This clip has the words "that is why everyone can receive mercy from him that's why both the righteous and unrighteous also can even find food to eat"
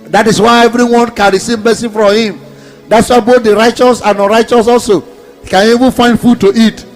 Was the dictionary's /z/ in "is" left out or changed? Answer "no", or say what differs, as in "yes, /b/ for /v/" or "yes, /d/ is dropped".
yes, /s/ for /z/